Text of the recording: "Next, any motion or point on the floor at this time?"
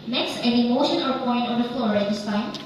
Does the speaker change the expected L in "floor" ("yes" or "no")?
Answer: no